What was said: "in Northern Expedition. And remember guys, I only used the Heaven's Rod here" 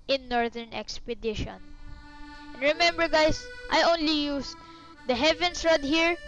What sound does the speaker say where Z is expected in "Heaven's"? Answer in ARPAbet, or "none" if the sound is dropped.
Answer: S